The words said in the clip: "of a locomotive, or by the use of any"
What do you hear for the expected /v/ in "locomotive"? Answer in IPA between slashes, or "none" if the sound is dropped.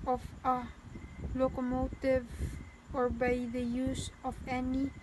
/v/